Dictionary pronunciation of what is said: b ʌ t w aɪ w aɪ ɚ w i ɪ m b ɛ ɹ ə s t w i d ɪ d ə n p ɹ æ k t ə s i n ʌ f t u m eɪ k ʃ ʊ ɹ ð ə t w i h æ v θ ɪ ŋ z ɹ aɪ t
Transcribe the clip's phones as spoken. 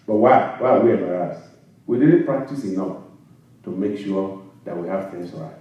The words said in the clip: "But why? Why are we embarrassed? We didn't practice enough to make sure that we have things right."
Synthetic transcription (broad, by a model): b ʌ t w aɪ w aɪ w i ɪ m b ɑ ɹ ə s w i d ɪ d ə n p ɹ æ k t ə s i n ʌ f t u m eɪ k ʃ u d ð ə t w i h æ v f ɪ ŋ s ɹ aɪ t